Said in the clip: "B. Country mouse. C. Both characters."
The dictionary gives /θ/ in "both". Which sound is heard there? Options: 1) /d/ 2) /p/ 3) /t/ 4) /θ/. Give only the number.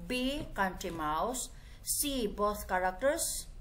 3